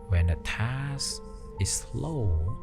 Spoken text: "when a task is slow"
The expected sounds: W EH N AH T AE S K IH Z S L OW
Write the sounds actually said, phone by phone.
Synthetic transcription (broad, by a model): W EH N AH T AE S IH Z S L OW